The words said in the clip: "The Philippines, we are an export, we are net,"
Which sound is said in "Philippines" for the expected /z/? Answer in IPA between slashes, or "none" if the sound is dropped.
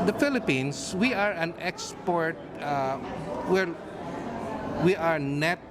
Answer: /s/